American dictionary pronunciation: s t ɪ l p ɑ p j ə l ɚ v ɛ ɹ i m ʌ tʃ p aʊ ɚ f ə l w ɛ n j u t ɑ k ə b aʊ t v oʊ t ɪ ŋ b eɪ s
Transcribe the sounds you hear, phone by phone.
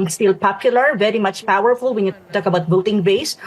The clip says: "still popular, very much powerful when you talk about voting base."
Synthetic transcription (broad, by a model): s t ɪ l p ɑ p j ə l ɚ v ɛ ɹ i m ʌ tʃ p aʊ ɚ f ə l w ɛ n j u t ɑ k ə b aʊ t b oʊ t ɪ ŋ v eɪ s